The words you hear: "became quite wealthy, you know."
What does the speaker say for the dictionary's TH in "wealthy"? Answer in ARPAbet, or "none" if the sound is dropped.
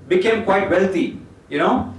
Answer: T